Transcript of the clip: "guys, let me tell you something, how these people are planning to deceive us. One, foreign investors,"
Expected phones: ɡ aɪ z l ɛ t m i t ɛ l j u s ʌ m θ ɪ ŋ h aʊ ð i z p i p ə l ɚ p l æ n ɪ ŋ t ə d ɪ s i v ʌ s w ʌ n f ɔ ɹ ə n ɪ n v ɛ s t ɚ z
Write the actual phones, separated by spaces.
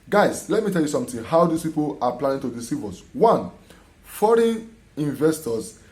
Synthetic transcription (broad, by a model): ɡ aɪ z l ɛ t m i t ɛ l j u s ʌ m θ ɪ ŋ h aʊ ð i s p i p ə l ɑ p l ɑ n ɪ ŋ t ə d ɪ s i v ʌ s w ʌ n f ɔ ɹ ə n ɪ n v ɛ s t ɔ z